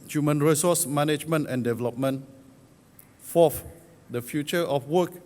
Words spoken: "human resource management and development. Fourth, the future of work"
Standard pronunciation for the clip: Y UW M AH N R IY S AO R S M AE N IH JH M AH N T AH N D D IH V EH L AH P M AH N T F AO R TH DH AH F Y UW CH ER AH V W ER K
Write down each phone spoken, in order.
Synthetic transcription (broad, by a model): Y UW M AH N R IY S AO S M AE N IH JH M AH N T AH N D D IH V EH L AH P M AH N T F AO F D AH F Y UW CH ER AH F W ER K